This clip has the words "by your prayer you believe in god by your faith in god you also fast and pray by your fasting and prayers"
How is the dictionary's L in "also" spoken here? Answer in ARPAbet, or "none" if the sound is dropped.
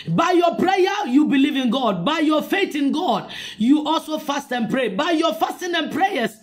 L